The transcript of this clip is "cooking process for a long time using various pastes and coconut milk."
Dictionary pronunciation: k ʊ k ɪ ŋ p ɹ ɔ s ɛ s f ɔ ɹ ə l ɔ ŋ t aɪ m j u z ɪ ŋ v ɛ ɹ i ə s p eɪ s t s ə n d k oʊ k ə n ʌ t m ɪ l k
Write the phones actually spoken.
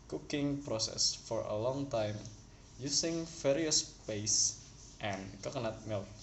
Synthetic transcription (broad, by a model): k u k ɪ ŋ p ɹ ɔ s ɛ s f ɔ ɹ ə l ɔ ŋ t aɪ m j u s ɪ ŋ f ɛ ɹ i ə s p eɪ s t ə n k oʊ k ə n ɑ t m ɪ l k